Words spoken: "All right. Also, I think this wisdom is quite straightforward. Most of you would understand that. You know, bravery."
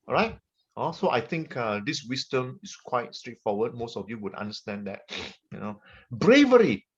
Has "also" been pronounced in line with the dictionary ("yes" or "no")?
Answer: no